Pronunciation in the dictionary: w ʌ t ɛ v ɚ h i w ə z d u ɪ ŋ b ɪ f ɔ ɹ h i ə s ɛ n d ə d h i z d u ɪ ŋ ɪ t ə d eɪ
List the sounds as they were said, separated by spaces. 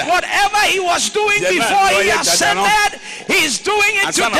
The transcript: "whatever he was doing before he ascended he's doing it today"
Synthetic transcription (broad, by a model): w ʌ t ɛ v ɚ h i w ə z d u ɪ ŋ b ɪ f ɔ ɹ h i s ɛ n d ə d h i z d u ɪ ŋ ɪ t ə